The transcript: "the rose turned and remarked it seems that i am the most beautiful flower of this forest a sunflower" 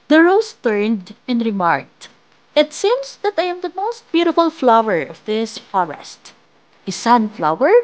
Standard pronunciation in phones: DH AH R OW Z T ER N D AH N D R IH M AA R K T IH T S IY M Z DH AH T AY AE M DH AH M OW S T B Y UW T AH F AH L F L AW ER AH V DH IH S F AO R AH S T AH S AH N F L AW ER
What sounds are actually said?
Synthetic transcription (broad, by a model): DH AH R OW S T ER N D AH N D R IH M AA R K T IH T S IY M S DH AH T AY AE M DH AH M OW S T B Y UW T AH F AH L F L AW ER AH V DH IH S F AO R AH S T AH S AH N F L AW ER